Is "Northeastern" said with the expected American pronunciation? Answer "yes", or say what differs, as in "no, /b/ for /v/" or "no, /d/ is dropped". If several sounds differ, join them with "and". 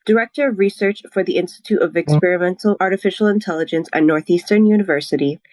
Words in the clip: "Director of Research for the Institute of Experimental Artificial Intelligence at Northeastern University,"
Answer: yes